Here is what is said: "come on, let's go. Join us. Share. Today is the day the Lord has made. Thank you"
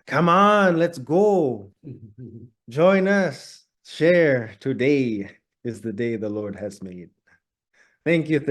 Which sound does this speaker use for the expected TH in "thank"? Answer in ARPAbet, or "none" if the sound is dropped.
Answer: TH